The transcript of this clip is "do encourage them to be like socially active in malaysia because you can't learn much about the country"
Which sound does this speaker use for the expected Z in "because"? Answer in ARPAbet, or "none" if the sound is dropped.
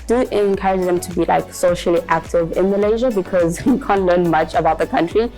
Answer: Z